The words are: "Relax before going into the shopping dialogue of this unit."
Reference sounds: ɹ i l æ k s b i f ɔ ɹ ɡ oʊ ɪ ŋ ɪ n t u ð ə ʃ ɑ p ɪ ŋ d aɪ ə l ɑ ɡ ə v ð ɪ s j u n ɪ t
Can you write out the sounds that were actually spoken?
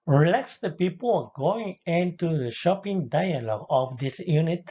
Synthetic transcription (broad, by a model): ɹ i l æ k s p i p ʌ l ɡ oʊ ɪ ŋ ɪ n t u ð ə ʃ ɑ p ɪ ŋ d aɪ ə l ɑ ɡ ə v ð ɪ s j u n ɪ t